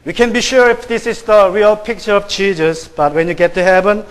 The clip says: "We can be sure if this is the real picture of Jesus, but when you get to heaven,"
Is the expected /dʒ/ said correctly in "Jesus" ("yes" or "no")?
no